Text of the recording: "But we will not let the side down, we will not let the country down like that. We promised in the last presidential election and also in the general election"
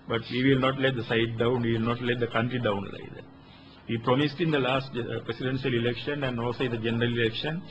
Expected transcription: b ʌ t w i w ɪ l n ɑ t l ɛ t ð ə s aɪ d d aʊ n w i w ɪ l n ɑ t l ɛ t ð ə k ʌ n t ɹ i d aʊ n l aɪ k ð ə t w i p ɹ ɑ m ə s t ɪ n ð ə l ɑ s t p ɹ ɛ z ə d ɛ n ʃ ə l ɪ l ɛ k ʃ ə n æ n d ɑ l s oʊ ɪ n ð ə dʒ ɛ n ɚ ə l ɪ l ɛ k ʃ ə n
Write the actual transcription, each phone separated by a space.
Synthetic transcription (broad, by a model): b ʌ t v i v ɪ l n ɑ t l ɛ t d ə s aɪ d d aʊ n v i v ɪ l n ɑ t l ɛ t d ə k ʌ n t ɹ i d aʊ n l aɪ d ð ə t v i p ɹ ɑ m ə s t ɪ n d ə l ɑ s t p ɹ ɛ s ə d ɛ n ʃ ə l ɪ l ɛ k ʃ ə n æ n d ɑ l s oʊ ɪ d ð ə dʒ ɛ n ɚ ə l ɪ l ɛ k ʃ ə n